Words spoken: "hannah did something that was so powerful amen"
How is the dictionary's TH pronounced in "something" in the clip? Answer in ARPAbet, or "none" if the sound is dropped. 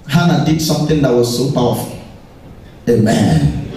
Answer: T